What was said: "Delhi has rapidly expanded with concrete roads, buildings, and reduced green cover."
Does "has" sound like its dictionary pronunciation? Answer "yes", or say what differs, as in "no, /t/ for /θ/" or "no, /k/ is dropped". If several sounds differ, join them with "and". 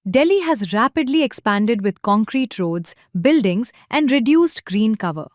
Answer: yes